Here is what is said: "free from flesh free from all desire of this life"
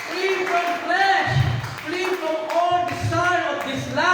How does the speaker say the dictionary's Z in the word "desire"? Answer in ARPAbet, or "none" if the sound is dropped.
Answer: S